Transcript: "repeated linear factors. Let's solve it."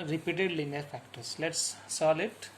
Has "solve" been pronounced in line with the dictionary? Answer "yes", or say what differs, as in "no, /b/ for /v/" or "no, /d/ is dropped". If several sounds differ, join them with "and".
no, /v/ is dropped